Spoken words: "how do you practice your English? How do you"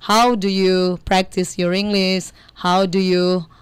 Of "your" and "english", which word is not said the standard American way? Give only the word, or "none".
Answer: english